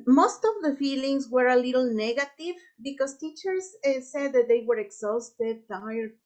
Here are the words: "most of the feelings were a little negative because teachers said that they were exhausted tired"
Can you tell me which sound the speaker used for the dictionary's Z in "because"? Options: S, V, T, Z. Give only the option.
S